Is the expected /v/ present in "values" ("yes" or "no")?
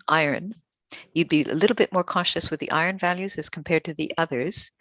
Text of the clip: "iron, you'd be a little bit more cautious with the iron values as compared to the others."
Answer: yes